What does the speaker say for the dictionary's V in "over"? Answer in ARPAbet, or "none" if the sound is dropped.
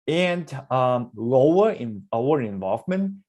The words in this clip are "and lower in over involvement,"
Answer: none